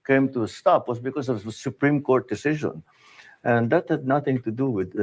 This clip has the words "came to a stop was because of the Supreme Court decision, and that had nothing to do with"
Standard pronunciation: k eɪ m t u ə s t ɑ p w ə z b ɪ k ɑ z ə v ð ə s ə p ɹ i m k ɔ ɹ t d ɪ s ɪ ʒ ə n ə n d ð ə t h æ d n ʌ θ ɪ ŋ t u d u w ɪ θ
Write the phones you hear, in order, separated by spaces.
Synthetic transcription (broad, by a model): k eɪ m t u ə s t ɑ p w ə s b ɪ k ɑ s ə v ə s ə p ɹ i m k ɔ ɹ t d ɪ s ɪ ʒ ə n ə n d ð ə t h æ d n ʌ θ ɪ ŋ t u d u w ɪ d